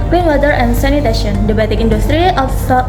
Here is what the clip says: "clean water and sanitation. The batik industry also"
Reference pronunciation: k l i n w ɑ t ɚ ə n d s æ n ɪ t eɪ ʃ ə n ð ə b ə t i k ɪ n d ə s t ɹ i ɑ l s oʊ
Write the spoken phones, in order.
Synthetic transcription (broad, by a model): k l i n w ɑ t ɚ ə n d s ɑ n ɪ t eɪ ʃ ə n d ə b ə t i k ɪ n d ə s t ɹ i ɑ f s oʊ